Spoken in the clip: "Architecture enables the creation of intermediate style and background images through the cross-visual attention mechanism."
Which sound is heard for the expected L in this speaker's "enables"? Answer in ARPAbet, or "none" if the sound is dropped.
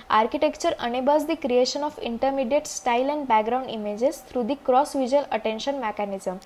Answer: none